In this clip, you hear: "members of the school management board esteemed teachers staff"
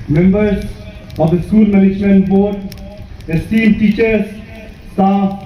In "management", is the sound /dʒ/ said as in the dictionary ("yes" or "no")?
no